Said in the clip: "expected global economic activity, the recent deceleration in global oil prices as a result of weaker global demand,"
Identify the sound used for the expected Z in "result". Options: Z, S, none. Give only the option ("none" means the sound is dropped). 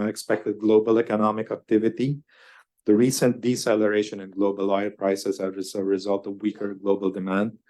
Z